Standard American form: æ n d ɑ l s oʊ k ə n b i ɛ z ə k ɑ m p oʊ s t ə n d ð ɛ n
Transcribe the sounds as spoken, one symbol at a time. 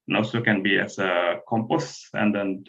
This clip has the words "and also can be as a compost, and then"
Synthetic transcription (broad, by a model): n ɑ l s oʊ k ə n b i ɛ s ə k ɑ m p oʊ s ə n d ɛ n